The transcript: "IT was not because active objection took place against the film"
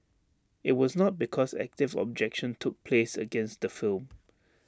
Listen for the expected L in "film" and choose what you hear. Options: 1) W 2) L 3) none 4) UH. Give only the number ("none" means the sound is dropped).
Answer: 2